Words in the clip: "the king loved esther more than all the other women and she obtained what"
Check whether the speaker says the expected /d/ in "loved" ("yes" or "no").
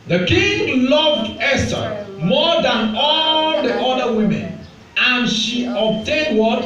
yes